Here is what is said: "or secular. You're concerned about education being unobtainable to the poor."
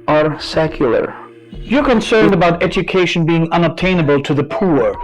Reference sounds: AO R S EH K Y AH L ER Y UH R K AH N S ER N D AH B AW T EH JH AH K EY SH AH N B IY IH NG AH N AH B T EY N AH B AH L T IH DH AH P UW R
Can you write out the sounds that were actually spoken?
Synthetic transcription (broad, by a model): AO R S EH K Y AH L ER Y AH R K AH N S ER N D AH B AW T EH JH AH K EY SH AH N B IY IH NG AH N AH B T EY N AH B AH L T IH DH AH P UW R